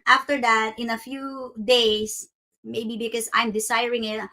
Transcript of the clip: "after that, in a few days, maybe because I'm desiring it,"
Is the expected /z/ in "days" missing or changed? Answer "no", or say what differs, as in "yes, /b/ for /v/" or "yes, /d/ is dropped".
yes, /s/ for /z/